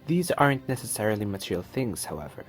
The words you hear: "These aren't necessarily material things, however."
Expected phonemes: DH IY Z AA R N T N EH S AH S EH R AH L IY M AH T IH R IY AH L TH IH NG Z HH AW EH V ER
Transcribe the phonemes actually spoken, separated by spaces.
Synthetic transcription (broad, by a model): DH IY Z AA R N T N EH S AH S EH R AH L IY M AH T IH R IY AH L TH IH NG Z HH AW EH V ER